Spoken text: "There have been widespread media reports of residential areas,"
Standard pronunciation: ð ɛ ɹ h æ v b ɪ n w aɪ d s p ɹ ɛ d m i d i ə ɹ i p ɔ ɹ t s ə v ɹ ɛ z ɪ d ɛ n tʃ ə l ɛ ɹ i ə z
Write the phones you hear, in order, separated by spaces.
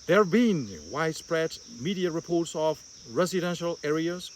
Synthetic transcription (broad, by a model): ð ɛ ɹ b ɪ n w aɪ d s p ɹ ɛ d m i d i ə ɹ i p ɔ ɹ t s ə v ɹ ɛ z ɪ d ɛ n ʃ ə l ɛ ɹ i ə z